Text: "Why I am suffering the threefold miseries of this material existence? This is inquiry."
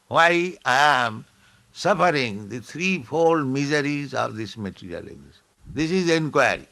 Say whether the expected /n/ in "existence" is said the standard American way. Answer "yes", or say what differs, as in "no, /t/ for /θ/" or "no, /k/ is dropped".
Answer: no, /n/ is dropped